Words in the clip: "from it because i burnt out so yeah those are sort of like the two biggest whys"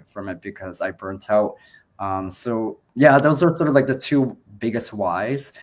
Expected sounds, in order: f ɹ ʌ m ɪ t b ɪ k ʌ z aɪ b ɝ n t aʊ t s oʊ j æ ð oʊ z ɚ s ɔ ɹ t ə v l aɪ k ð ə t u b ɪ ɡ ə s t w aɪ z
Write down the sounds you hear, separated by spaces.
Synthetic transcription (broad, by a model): f ɹ ʌ m ɪ t b ɪ k ʌ z aɪ b ɝ n t aʊ t s oʊ j æ ð oʊ z ɚ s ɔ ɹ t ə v l aɪ k ð ə t u b ɪ ɡ ə s t w aɪ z